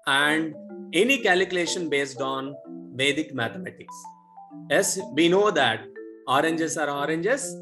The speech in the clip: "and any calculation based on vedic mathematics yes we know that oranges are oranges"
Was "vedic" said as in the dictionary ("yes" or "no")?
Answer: yes